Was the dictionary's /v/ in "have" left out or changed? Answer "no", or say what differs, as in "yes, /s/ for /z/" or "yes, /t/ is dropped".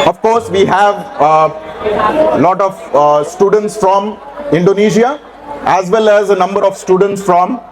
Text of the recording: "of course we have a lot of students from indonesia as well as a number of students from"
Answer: no